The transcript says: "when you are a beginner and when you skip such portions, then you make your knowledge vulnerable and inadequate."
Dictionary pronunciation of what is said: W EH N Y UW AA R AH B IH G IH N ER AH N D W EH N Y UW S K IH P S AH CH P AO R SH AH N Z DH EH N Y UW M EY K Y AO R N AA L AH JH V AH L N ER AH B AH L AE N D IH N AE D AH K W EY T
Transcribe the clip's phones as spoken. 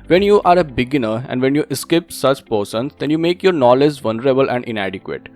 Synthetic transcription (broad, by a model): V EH N Y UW AA R AH B IH G IH N ER AH N D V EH N Y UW S K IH P S AH CH P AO R S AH N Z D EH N Y UW M EY K Y AO R N AA L AH JH V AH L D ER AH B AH L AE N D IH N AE D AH K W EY T